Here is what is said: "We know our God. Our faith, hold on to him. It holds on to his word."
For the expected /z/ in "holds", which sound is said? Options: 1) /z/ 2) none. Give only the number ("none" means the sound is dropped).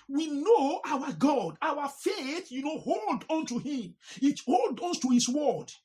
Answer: 2